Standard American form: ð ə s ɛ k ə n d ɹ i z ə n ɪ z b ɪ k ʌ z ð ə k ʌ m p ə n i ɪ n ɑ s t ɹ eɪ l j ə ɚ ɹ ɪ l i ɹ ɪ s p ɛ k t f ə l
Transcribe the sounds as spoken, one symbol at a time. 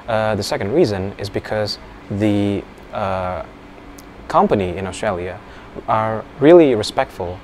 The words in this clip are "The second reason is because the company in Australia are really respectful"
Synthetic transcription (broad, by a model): ð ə s ɛ k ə n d ɹ i z ə n ɪ z b ɪ k ʌ z ð ə k ʌ m p ə n i ɪ n ɑ s t ɹ eɪ l j ə ɚ ɹ ɪ l i ɹ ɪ s p ɛ k t f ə l